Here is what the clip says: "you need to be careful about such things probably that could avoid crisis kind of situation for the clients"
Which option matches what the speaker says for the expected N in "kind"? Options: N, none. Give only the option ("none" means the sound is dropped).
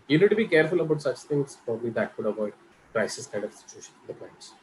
none